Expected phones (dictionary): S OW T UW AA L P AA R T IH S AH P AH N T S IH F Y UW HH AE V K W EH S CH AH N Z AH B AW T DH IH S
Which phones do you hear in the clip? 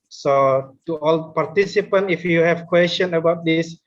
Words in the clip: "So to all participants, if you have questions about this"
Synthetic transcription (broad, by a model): S OW T UW AA L P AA R T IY S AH P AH N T IH F Y UW HH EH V K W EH S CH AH N AH B AW T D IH S